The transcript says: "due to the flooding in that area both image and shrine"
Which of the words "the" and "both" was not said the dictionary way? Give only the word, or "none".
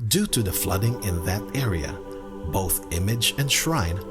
none